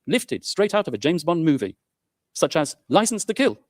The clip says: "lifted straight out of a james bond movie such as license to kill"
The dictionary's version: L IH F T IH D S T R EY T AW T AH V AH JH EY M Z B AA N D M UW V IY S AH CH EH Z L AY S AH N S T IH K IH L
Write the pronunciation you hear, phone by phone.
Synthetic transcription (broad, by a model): L IH F T IH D S T R EY T AW T AH V AH JH EY M Z B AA N M UW V IY S AH CH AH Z L AY S N S T IH K IH L